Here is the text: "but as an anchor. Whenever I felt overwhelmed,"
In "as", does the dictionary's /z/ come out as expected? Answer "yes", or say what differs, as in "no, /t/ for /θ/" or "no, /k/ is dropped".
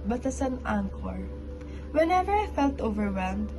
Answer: no, /s/ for /z/